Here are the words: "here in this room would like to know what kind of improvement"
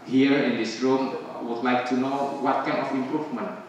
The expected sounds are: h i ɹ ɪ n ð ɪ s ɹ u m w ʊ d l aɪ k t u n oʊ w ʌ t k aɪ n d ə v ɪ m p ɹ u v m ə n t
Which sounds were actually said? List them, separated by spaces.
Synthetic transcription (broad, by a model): h i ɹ ɪ n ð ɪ s ɹ u m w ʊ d l aɪ k t u n oʊ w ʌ t k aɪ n ə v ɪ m p ɹ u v m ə n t